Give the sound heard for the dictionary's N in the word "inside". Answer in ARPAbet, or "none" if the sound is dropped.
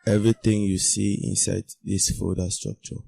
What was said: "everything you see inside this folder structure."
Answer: N